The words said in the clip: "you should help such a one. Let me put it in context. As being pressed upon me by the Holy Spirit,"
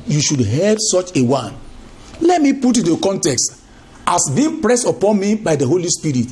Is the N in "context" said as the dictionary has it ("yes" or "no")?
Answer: yes